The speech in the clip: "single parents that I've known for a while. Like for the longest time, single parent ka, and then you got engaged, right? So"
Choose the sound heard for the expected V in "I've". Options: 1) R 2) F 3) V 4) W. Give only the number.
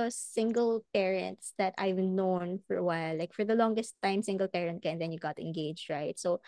3